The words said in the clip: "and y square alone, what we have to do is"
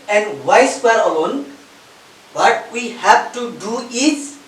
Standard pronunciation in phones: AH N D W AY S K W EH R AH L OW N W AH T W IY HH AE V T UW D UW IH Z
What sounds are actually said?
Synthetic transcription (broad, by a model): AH N D W AY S W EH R AH L OW N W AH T W IY HH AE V T UW D UW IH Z